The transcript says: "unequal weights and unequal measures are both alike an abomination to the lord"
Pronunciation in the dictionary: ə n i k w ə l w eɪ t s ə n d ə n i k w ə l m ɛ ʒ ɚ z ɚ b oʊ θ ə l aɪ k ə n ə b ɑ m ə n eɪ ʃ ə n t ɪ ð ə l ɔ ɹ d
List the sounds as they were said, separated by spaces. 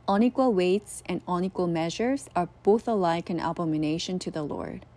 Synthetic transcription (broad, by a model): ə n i k w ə l w eɪ t s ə n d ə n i k w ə l m ɛ ʒ ɚ z ɚ b oʊ θ ə l aɪ k ə n ə b ɑ m ə n eɪ ʃ ə n t ɪ ð ə l ɔ ɹ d